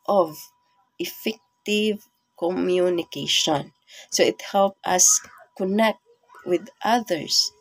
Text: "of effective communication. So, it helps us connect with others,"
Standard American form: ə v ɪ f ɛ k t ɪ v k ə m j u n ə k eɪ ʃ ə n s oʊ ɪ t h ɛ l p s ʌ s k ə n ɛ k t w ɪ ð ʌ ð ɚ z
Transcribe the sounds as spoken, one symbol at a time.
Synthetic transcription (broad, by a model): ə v ɪ f ɛ k t ɪ v k ə m j u n ə k eɪ ʃ ə n s oʊ ɪ t h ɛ l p ʌ s k ə n ɛ k t w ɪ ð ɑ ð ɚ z